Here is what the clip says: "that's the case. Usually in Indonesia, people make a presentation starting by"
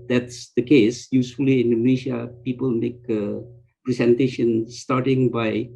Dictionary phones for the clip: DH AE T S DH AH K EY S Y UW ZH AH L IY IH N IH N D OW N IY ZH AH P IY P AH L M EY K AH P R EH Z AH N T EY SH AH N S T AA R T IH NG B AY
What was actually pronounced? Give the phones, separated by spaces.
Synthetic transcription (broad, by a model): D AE T S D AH K EY S Y UW S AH L IY IH N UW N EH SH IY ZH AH P IY P AH L M EY K AH P R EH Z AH N T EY SH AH N S T AA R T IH NG B AY